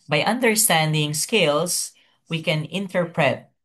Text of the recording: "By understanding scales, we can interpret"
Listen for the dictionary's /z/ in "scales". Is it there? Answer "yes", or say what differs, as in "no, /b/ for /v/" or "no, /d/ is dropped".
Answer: no, /s/ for /z/